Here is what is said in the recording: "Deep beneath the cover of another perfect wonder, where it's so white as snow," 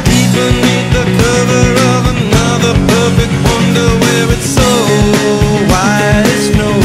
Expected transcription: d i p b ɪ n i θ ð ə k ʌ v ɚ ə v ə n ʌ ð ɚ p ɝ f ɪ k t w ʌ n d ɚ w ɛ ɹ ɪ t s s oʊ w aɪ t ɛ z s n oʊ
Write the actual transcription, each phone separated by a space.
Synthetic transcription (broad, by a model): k i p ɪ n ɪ t ð ə k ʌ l ɚ ə v ə n ʌ ð ɚ p ɝ f ɪ k t w ʌ n d ɚ w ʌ ɹ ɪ t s s oʊ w aɪ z n oʊ